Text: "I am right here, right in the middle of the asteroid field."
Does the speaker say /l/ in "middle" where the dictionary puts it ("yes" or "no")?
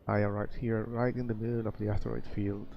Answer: no